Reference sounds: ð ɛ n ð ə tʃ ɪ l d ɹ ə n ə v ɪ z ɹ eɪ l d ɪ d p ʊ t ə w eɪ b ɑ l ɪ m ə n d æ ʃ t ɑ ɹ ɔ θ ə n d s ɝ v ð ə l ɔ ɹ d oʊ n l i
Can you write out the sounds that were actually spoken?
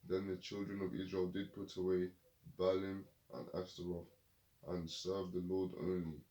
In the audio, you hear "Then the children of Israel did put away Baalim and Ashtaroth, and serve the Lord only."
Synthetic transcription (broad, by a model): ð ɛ n ð ə tʃ ɪ l d ɹ ə n ə v ɪ z ɹ eɪ l d ɪ d p ʊ t ə w eɪ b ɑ l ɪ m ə n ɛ s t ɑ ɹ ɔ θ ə n s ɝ v ð ə l ɔ d oʊ n l i